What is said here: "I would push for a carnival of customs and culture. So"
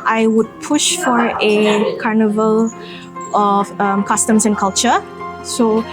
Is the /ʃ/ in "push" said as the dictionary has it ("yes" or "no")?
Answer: yes